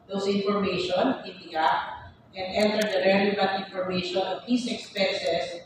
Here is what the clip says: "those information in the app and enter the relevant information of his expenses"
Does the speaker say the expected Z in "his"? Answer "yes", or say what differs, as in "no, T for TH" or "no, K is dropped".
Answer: no, S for Z